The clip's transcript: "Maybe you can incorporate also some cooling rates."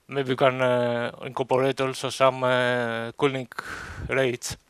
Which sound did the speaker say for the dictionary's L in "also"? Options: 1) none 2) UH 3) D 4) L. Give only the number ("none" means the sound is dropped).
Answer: 4